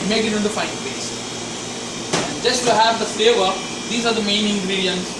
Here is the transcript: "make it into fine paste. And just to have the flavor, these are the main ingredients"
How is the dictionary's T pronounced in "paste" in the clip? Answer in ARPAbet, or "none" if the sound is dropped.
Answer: none